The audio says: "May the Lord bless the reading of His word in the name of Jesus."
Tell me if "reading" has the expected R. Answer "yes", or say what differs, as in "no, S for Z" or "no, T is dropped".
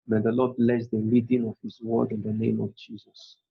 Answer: no, L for R